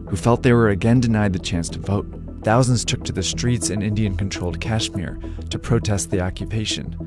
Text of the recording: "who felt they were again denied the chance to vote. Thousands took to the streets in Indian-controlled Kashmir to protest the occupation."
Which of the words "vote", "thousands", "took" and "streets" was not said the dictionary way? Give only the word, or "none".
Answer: none